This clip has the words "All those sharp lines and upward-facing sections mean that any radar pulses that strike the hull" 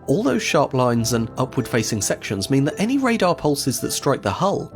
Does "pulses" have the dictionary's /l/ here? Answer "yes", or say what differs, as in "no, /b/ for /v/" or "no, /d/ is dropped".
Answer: yes